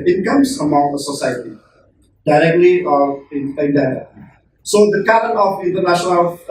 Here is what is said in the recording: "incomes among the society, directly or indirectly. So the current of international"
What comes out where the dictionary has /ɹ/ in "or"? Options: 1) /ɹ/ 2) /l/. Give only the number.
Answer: 2